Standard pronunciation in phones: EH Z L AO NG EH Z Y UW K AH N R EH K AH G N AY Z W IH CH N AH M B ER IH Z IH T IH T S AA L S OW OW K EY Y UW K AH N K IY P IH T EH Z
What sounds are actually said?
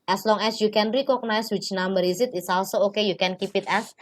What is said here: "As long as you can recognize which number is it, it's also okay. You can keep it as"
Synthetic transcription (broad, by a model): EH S L AO NG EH S Y UW K AH N R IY K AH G N AY S W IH CH N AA M B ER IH S IH T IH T S AA L S OW OW K EY Y UW K AH N K IY P IH T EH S